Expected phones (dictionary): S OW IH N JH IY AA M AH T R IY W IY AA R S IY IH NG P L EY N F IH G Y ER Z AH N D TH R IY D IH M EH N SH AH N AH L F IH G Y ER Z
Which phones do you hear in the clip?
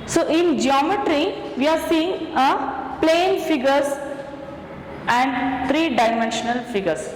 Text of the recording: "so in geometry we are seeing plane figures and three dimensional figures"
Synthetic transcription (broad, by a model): S OW IH N JH IY AA M AH T R IY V IY AA R S IY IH NG P L EY N F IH G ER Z AH N D T R IY D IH M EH N SH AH N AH L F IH G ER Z